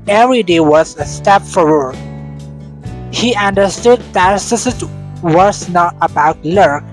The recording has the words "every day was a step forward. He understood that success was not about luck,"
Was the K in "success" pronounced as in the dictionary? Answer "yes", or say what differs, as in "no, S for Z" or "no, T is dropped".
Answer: no, K is dropped